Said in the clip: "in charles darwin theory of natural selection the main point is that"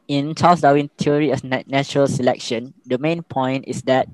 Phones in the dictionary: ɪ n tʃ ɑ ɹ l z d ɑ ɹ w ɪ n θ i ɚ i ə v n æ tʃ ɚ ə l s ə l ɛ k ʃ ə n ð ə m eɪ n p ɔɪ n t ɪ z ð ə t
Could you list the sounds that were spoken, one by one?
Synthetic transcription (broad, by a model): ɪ n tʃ ɑ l s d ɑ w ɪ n t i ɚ i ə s n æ tʃ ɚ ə l s ə l ɛ k ʃ ə n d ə m eɪ n p ɔɪ n t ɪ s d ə t